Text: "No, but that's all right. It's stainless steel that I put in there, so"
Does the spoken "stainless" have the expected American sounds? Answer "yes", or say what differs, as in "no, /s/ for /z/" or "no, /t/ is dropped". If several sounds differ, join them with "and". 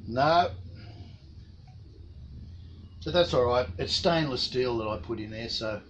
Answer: yes